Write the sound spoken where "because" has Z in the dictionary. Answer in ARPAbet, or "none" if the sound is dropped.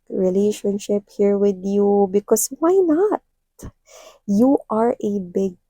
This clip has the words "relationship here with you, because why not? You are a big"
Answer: S